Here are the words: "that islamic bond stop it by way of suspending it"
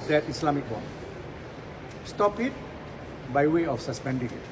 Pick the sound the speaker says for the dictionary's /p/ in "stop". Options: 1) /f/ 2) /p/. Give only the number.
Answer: 2